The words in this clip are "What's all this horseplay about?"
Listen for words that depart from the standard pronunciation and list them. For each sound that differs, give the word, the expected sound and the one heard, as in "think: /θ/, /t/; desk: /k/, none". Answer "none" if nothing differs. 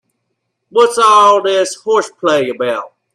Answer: none